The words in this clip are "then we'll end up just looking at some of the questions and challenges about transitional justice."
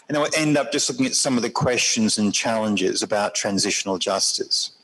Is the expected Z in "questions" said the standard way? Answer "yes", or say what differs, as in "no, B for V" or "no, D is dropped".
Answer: yes